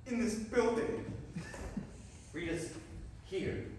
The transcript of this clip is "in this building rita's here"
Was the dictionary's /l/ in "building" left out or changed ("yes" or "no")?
no